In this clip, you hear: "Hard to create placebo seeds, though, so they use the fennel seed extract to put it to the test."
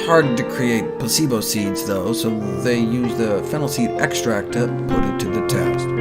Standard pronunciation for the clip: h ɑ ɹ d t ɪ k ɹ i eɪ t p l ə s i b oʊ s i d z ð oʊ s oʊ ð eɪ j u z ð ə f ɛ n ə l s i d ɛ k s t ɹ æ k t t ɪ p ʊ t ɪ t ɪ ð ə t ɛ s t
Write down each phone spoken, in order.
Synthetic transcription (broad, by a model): h ɑ ɹ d t ɪ k ɹ i eɪ t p ə s i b oʊ s i d z ð oʊ s oʊ ð eɪ j u z ð ə f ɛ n l s i d ɛ k s t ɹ æ k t t ɪ p ʊ t ɪ t ɪ ð ə t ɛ s t